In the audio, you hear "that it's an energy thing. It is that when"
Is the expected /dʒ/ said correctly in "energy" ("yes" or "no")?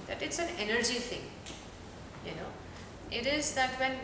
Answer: yes